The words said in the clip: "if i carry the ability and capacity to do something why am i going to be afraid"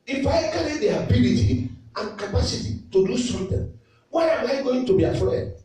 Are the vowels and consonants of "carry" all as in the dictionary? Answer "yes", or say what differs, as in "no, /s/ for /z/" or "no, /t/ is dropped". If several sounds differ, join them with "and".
no, /l/ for /ɹ/